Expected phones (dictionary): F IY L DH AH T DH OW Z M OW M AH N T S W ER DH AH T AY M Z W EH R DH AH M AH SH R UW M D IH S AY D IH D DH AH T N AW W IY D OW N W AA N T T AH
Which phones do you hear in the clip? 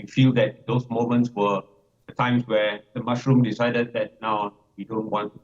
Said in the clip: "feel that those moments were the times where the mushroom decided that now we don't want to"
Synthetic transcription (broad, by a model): F IY L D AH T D OW S M OW M AH N T S W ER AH T AY M S W EH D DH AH M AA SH R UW M D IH S AY D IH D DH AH T N AW W IY D OW N W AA N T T